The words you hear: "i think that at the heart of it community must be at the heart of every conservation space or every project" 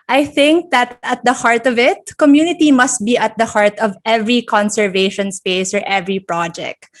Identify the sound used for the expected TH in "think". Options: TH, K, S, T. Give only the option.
TH